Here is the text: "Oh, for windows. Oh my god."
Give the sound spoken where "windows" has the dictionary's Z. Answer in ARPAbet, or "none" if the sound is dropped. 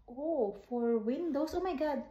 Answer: S